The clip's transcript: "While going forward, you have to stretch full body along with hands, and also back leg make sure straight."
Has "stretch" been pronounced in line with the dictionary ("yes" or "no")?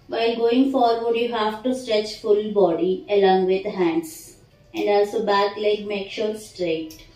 yes